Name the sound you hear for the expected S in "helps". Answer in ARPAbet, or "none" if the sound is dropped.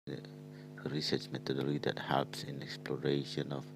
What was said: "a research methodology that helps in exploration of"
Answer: S